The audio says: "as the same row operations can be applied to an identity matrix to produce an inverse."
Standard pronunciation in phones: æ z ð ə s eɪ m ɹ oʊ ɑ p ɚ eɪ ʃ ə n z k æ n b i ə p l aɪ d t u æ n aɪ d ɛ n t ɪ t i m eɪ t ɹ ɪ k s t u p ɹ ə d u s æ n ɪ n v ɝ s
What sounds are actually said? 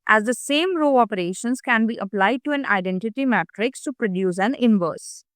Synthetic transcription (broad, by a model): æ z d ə s eɪ m ɹ oʊ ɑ p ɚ eɪ ʃ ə n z k æ n b i ə p l aɪ d t u æ n aɪ d ɛ n t ɪ t i m eɪ t ɹ ɪ k s t u p ɹ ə d u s æ n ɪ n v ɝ s